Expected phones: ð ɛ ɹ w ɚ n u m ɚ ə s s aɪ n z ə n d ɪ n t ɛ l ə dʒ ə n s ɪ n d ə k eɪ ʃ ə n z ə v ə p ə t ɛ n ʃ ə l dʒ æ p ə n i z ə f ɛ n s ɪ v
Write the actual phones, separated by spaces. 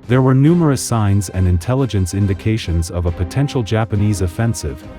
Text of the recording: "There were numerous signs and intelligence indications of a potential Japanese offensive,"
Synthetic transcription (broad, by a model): ð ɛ ɹ w ɚ n u m ɚ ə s s aɪ n z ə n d ɪ n t ɛ l ə dʒ ə n s ɪ n d ə k eɪ ʃ ə n z ə v ə p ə t ɛ n ʃ l dʒ æ p ə n i z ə f ɛ n s ɪ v